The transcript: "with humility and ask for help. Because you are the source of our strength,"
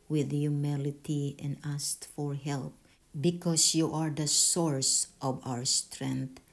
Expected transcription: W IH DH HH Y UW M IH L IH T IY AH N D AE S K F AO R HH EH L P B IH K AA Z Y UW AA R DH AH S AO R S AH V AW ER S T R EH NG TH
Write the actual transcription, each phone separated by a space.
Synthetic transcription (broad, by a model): W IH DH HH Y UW M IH L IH T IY AH N D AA S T F AO R HH EH L P B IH K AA S Y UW AA R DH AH S AO R S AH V AW ER S T R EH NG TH